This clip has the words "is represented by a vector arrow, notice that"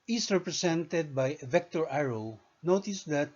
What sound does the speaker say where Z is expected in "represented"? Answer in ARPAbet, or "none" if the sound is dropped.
S